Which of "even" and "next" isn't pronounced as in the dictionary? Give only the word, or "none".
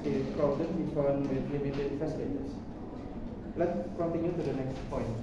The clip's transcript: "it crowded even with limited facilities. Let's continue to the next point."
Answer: even